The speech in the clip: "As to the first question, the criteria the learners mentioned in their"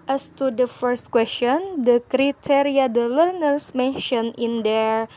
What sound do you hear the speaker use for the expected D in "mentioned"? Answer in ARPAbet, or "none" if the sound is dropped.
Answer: none